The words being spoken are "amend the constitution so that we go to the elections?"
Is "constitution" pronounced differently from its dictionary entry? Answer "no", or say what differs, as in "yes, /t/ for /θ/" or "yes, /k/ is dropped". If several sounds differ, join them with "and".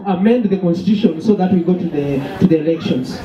no